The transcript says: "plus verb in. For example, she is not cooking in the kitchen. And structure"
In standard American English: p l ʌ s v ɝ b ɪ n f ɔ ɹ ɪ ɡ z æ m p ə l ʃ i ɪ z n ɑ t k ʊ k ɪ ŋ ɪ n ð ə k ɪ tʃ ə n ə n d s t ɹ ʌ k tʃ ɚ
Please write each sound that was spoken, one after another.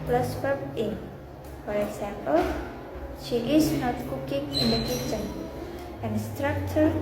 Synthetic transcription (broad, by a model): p l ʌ s p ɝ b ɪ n f ɔ ɹ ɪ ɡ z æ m p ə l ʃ i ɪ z n ɑ t k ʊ k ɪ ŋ ɪ n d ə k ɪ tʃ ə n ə n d s t ɹ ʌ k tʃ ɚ